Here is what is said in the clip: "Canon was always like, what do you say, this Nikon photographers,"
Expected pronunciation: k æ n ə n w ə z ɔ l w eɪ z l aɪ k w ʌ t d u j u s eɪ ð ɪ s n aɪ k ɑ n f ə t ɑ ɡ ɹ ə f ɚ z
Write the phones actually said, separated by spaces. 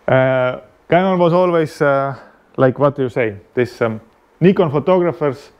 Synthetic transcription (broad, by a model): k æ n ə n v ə s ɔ l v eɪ s l aɪ k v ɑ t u j u s eɪ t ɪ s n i k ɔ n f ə t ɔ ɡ ɹ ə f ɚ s